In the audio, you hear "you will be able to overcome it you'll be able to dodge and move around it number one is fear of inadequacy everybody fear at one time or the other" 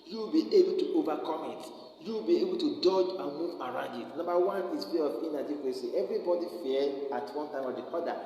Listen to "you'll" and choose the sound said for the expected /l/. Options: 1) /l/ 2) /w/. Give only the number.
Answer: 2